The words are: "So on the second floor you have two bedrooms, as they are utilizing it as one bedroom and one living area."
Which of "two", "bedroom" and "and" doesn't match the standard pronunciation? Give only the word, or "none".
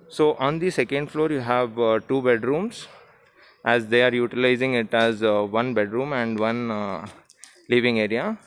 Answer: none